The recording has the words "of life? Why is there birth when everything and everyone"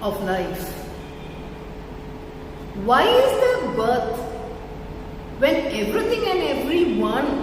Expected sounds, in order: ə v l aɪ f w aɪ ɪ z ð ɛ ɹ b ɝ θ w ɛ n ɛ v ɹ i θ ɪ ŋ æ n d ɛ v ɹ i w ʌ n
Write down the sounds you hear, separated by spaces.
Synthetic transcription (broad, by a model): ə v l aɪ f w aɪ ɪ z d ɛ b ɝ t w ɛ n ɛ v ɹ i t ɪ ŋ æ n d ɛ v ɹ i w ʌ n